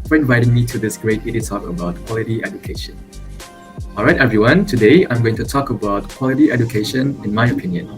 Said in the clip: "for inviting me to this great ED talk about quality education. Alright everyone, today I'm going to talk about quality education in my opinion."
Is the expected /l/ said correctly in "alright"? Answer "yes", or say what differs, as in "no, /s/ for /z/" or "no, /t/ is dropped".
yes